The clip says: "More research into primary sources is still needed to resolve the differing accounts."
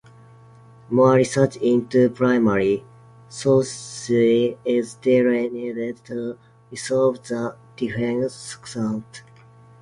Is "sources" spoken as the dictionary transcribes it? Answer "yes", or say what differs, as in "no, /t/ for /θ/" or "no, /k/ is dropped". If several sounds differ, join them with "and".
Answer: no, /z/ is dropped